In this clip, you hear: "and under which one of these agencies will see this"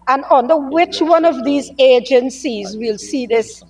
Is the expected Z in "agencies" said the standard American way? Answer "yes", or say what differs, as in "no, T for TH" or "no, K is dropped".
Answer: yes